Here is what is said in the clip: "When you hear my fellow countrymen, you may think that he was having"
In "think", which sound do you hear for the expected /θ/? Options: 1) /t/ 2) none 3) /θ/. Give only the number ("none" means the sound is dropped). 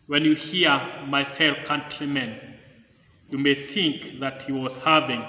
3